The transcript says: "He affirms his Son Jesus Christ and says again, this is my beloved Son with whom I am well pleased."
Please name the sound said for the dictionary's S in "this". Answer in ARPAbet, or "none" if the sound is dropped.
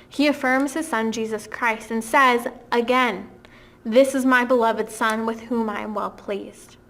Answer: S